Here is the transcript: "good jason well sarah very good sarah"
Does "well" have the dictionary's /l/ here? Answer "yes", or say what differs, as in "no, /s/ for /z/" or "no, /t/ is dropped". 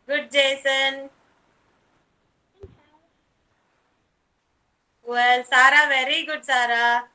yes